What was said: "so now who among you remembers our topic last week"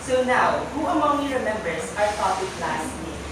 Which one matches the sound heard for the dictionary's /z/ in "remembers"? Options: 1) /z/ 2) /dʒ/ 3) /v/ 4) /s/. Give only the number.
4